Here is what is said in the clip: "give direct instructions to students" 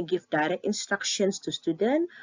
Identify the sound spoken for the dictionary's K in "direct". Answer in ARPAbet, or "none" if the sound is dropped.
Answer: none